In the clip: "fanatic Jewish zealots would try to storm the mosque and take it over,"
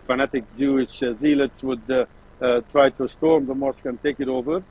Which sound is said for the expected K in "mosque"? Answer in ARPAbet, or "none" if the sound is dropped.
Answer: K